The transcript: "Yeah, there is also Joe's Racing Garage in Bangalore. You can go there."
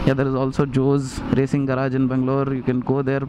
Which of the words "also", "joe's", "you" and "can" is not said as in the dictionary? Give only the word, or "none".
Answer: none